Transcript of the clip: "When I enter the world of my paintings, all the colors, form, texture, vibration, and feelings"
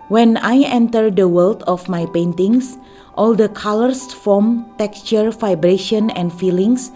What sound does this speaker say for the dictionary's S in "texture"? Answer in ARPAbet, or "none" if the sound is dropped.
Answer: S